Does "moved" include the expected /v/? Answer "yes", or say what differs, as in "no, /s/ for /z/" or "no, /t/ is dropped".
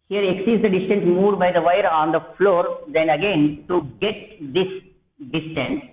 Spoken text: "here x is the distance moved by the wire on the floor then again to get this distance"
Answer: no, /v/ is dropped